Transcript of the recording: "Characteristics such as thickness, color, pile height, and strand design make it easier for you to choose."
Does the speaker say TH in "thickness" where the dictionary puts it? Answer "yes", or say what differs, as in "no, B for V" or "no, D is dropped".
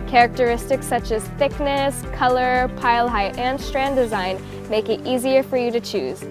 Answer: yes